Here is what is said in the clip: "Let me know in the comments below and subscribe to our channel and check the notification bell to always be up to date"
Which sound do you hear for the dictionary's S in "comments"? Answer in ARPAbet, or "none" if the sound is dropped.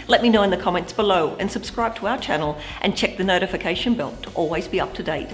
S